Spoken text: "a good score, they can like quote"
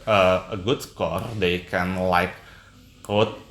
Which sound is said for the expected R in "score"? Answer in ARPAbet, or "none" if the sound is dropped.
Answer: R